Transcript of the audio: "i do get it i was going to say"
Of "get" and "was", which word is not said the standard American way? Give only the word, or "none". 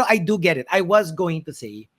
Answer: none